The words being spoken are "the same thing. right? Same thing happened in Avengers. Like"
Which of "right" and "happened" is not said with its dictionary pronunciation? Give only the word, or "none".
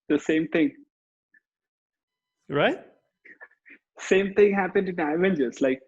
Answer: none